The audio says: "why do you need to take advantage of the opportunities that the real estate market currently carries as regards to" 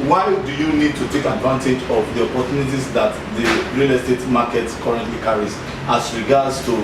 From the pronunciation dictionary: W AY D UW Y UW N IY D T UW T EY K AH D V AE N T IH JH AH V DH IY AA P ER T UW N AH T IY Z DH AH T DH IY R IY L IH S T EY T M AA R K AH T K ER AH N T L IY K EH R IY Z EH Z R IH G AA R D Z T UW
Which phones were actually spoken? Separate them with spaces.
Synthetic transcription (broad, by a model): W AY D UW Y UW N IY D T UW T EY K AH D V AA N T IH JH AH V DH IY AA P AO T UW N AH T IY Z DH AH T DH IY R IY L IH S T EY T M AA K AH T K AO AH N T L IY K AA R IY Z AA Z R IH G AA D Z T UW